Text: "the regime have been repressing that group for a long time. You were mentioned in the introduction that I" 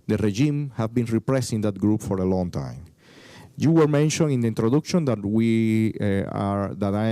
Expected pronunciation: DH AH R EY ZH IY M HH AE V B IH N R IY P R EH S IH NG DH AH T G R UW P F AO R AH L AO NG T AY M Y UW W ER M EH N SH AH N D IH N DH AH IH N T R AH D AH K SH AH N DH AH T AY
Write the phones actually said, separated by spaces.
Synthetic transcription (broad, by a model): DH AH R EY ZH IY M HH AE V B IH N R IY P R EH S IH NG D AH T G R UW P F AO R AH L AO NG T AY M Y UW W ER M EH N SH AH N IH N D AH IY N T R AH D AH K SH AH N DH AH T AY